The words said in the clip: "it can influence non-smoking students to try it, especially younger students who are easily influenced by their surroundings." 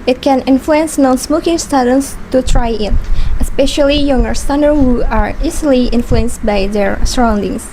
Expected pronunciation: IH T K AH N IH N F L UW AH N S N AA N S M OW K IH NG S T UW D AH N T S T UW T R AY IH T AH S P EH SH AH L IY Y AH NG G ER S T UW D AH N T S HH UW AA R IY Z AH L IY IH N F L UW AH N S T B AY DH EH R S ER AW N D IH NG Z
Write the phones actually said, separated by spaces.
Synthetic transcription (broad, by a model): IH T K AH N IH N F L UW AH N S N AA N S M OW K IH NG S T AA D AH N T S T UW T R AY IH T AH S P EH SH AH L IY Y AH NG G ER S T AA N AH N HH UW AA R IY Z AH L IY IH N F L UW AH N S T B AY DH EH R S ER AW N D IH NG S